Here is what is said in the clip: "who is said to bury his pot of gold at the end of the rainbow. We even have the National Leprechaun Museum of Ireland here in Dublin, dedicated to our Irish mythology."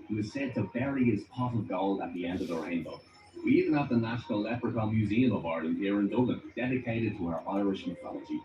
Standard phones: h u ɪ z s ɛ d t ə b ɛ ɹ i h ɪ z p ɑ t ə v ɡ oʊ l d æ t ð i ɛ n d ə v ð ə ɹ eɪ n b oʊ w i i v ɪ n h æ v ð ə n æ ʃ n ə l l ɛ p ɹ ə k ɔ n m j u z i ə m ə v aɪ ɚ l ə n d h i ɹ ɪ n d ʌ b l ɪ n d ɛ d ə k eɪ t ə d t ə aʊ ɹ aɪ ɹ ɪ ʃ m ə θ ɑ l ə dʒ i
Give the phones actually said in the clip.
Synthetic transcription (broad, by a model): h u ɪ z s ɛ d t ə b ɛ ɹ i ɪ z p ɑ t ə v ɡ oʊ l ʌ t ð i ɛ n d ə v ð ə ɹ eɪ n b oʊ w i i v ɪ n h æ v ð ə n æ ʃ l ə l l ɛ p ɹ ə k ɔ l m j u z i ə m ə v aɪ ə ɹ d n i ɹ ɪ n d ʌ l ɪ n d ɛ d ə k eɪ t ə d t ə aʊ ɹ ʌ ɹ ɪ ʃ m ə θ ɑ l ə dʒ i